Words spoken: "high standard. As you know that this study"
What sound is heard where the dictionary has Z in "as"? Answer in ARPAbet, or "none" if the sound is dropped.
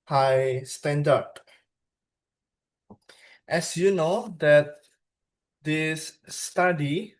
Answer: S